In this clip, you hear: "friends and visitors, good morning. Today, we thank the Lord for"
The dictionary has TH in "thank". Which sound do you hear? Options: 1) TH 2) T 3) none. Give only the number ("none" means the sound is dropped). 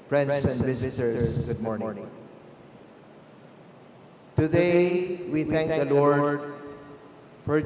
2